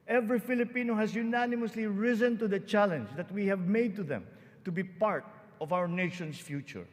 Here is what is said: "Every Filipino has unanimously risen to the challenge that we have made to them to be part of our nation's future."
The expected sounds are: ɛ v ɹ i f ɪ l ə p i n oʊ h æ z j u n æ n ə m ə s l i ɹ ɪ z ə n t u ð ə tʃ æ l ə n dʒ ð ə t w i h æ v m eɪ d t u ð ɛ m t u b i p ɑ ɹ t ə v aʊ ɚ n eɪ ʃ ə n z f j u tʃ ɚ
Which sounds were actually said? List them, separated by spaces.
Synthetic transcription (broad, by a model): ɛ v ɹ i f ɪ l ə p i n oʊ h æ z j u n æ n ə m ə s l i ɹ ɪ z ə n t u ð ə tʃ æ l ə n dʒ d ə t w i h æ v m eɪ d t u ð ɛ m t u b i p ɑ ɹ t ə v aʊ ɚ n eɪ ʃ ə n s f j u tʃ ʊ